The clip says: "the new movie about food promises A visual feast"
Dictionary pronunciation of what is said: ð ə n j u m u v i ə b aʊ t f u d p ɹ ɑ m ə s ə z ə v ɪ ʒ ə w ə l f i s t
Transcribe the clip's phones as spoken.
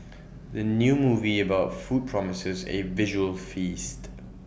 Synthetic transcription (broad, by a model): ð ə n j u m u v i ə b aʊ t f u d p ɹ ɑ m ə s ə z ə v ɪ ʒ ə w ə l f i s t